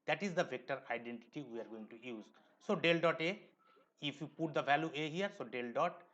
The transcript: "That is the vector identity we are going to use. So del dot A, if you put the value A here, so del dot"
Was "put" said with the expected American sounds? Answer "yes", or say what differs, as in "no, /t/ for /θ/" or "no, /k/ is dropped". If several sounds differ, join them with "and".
yes